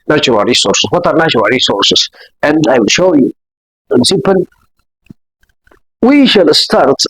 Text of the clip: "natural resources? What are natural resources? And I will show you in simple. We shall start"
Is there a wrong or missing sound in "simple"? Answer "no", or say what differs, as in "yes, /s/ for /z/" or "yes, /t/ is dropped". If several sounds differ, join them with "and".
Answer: yes, /m/ is dropped and /n/ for /l/